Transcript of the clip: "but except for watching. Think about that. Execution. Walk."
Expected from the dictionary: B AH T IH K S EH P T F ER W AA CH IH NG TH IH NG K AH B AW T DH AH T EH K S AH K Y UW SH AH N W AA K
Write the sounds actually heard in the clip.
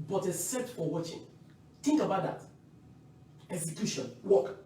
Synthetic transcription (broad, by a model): B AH T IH S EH T F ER W AA CH IH NG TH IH NG K AH B AW T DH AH T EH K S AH K Y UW SH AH N W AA K